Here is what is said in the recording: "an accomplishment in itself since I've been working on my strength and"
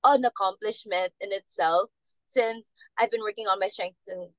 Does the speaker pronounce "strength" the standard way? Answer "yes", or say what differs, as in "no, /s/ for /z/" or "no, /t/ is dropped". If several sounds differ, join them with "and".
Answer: no, /s/ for /θ/